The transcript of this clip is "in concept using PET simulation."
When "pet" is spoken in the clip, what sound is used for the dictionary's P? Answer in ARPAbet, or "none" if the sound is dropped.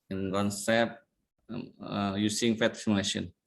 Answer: F